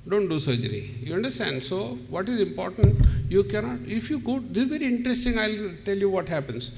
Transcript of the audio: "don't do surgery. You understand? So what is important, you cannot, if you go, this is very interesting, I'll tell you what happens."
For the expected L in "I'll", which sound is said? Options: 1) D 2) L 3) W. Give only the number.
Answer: 2